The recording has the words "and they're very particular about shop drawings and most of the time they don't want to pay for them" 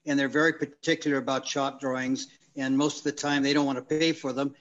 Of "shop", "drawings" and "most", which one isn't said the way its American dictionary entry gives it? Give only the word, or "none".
none